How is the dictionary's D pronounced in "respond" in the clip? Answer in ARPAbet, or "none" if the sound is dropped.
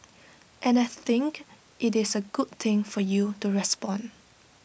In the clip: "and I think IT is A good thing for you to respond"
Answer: none